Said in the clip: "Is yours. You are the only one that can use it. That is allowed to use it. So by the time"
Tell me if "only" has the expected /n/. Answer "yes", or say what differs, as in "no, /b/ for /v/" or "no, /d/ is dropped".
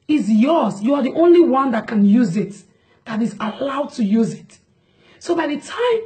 yes